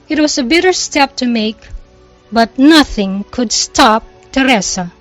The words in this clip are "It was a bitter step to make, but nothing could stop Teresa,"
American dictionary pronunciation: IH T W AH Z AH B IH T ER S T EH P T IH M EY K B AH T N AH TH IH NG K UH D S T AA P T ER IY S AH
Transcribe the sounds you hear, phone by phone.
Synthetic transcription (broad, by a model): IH T W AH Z AH B IH T ER S T EH P T IH M EY K B AH T N AH TH IH NG K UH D S T AA P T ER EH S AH